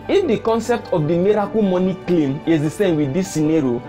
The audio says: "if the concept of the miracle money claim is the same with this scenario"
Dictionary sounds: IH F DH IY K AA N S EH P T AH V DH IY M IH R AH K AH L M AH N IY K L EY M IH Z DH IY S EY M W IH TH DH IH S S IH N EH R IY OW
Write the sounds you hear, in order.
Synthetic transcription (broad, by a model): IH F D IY K AA N S EH P T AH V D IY M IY R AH K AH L M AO N IY K L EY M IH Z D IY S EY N W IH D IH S S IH N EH R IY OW